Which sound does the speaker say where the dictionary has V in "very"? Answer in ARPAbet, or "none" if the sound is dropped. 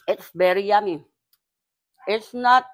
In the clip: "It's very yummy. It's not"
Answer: B